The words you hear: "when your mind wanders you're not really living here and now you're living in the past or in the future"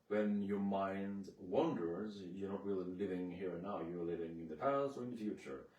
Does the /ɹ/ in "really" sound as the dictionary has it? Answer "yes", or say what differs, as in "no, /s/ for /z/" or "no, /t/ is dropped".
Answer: no, /w/ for /ɹ/